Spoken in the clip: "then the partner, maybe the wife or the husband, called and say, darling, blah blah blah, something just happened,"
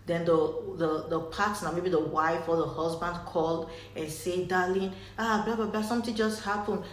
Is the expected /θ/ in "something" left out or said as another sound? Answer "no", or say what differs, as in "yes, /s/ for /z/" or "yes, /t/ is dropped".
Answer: yes, /t/ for /θ/